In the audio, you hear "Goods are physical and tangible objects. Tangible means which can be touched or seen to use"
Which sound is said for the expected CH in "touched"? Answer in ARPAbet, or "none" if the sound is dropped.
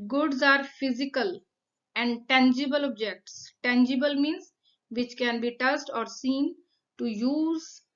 S